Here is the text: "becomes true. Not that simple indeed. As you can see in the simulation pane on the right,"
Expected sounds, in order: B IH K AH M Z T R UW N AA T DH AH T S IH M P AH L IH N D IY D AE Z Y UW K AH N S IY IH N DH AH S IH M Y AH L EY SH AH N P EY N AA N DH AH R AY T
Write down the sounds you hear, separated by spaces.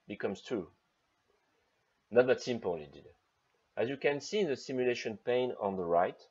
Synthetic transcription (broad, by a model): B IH K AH M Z T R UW N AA T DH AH T S IH M P AH L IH D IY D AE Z Y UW K AH N S IY DH AH S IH M Y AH L EY SH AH N P EY N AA N DH AH R AY T